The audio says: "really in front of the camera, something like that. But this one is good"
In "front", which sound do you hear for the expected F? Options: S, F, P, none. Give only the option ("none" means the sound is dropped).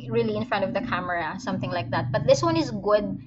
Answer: F